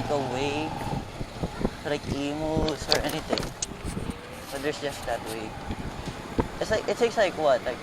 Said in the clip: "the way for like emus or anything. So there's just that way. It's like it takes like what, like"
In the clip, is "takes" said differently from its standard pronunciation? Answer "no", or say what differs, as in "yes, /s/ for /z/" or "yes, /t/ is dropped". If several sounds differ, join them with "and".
yes, /s/ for /t/